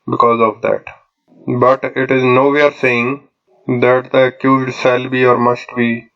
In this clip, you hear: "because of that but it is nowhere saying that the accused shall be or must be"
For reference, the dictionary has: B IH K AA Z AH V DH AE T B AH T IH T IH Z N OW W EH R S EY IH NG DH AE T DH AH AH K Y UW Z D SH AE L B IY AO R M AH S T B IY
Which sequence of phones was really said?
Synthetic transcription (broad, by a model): B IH K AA Z AH V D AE T B AH T IH T IH Z N OW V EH R S EY IH NG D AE T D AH AH K Y UW Z D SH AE L B IY AO R M AH S T B IY